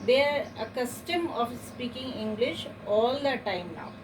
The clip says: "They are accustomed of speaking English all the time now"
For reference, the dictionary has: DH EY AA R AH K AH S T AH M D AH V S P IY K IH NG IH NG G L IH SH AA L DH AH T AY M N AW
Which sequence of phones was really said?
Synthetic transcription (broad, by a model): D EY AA R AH K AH S T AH M AH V S P IY K IH NG IH NG G L IH SH AA L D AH T AY M N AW